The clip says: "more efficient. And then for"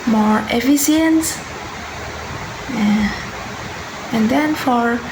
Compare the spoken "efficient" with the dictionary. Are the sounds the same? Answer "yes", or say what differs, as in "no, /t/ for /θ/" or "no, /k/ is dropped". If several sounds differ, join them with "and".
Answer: no, /s/ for /ʃ/